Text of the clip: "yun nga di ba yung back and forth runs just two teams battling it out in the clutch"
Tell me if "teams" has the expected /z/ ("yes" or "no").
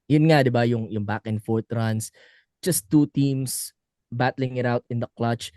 no